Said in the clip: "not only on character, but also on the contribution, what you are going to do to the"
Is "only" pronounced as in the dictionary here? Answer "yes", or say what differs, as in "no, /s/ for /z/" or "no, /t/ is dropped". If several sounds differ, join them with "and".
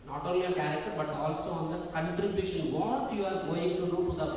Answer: no, /n/ is dropped